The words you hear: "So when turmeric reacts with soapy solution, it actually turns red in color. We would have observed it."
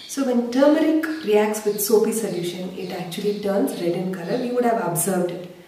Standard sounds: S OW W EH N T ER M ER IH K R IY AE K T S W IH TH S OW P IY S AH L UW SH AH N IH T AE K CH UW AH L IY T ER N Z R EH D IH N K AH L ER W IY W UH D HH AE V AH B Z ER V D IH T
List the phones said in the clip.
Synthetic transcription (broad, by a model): S OW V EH N T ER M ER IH K R IY AE K T S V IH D S OW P IY S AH L UW SH AH N IH T AE K CH UW AH L IY T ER N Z R EH D IH N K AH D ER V IY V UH D HH AE V AH B Z ER V D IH T